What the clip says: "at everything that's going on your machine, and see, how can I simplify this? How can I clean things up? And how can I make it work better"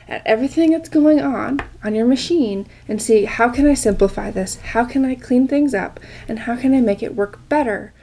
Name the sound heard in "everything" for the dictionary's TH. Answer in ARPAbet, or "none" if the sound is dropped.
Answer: TH